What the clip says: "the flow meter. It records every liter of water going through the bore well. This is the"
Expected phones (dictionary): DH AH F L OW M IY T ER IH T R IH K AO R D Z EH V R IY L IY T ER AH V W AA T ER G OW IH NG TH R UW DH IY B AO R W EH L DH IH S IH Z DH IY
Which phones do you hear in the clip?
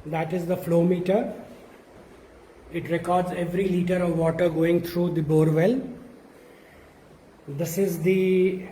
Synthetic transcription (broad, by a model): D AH F L OW M IY T ER IH T R IH K AO R D Z EH V R IY L IY T ER AH V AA T ER G OW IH NG T R UW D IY B AO R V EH L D IH S IH Z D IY